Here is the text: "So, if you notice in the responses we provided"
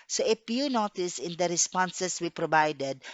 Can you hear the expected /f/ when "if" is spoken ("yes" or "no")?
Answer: no